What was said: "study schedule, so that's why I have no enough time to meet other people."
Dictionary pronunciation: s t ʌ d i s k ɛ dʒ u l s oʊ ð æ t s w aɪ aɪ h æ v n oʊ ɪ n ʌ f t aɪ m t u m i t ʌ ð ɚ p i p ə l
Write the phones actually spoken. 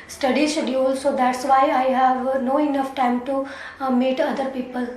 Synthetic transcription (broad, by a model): s t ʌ d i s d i u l s oʊ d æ t s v aɪ aɪ h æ v n oʊ ɪ n ʌ f t aɪ m t u m i t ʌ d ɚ p i p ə l